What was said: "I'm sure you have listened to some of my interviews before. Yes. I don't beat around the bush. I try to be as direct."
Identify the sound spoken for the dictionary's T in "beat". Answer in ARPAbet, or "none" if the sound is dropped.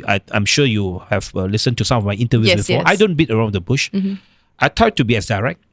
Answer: T